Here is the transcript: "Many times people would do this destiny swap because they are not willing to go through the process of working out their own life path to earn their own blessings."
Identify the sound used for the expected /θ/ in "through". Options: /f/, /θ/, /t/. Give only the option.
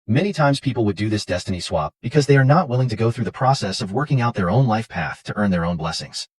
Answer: /θ/